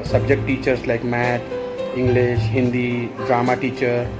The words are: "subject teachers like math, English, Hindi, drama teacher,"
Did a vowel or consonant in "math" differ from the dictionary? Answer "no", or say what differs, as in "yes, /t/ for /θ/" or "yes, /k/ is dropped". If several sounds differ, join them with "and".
yes, /t/ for /θ/